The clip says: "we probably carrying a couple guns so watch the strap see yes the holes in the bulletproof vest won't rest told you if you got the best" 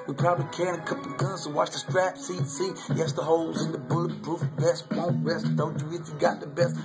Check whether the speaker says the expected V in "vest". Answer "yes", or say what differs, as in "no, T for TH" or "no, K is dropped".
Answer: no, B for V